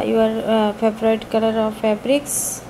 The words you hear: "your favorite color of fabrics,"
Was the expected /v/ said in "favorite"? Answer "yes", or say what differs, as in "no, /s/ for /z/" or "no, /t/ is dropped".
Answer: no, /b/ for /v/